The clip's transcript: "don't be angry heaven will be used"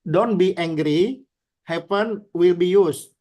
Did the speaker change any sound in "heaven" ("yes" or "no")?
yes